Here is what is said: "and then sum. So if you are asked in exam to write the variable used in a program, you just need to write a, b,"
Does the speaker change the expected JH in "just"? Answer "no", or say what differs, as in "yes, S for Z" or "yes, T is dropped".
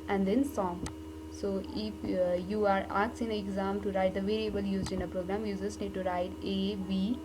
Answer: yes, Z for JH